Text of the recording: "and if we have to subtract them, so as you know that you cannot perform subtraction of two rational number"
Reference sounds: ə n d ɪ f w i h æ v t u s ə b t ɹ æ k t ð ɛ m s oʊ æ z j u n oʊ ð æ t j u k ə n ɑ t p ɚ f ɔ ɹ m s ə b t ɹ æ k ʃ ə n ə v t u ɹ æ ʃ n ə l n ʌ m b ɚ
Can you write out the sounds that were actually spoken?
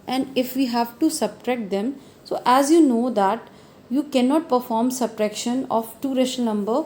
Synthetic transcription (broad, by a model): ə n d ɪ f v i h æ v t u s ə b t ɹ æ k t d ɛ m s oʊ æ z j u n oʊ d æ t j u k ə n ɑ t p ɚ f ɔ ɹ m s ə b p ɹ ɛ k ʃ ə n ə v t u ɹ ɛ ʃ ə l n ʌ m b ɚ